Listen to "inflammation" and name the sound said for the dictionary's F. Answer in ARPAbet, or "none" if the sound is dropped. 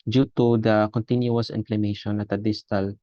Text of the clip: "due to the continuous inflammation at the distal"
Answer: P